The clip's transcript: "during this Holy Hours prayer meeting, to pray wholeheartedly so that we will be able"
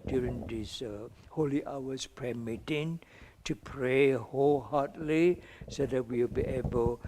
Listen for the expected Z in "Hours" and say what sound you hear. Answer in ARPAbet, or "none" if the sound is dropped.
S